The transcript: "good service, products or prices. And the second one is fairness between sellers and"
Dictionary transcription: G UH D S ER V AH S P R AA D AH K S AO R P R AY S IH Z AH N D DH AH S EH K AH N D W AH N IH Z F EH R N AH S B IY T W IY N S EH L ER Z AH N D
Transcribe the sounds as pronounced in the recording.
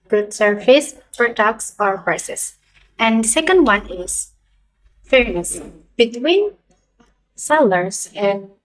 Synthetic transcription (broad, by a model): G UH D S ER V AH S F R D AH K S AO R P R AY S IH S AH N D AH S EH K AH N D W AH N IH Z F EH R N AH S B IY T W IY N S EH L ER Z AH N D